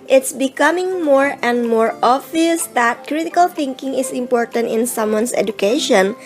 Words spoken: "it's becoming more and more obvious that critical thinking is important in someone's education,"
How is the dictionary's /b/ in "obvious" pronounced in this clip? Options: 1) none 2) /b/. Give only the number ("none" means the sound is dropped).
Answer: 1